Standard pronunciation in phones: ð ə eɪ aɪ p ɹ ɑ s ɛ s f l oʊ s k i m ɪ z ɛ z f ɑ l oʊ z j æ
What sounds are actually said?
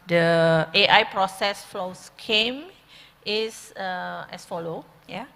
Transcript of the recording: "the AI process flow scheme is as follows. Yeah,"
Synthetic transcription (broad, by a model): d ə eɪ aɪ p ɹ ɑ s ɛ s f l oʊ s k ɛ m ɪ s ɛ s f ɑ l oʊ j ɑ